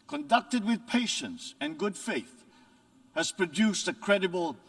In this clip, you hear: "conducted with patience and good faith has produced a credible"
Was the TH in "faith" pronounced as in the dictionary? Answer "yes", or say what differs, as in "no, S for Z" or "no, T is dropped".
yes